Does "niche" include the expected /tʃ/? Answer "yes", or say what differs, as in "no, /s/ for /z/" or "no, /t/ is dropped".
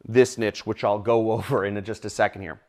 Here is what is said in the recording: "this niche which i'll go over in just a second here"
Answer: yes